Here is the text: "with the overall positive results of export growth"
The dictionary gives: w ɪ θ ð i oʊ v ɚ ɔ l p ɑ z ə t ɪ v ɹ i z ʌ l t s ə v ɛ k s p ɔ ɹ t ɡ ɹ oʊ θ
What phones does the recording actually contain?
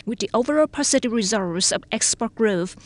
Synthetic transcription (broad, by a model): w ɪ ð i oʊ v ɚ ɔ l p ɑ s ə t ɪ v ɹ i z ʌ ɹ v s ə v ɛ k s p ɔ ɹ t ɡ ɹ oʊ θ